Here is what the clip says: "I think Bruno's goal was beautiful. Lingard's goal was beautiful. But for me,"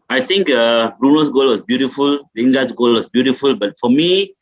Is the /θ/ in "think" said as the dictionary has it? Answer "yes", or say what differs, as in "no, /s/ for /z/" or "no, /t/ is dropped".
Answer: no, /t/ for /θ/